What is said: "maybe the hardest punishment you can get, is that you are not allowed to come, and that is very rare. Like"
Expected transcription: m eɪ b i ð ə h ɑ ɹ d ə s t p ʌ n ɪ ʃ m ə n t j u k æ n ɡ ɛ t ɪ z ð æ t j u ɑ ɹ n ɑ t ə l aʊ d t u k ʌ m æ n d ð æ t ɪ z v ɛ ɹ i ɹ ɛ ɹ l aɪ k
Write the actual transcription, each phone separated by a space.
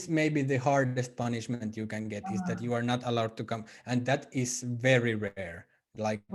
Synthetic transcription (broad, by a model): m eɪ b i ð ə h ɑ ɹ d ə s t p ʌ n ɪ ʃ m ə n t j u k æ n ɡ ɛ t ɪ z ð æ t j u ɑ ɹ n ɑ t ə l aʊ d t u k ʌ m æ n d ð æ t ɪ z v ɛ ɹ i ɹ ɛ ɹ l aɪ k